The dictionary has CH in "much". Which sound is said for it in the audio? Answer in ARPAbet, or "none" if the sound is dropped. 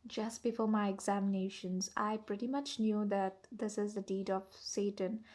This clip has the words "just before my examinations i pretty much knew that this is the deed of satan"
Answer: CH